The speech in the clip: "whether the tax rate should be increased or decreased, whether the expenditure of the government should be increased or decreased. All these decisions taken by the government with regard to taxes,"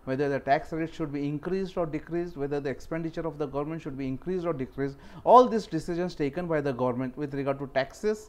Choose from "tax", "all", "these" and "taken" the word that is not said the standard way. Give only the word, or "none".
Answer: these